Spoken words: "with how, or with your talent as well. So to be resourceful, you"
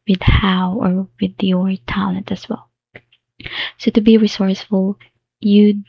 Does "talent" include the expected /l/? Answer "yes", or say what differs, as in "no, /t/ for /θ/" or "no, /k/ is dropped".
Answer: no, /l/ is dropped